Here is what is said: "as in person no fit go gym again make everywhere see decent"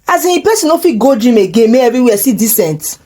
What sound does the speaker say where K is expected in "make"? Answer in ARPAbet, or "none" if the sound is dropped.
none